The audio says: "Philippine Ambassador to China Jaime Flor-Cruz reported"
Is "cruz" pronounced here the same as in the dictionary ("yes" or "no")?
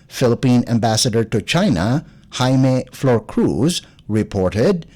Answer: yes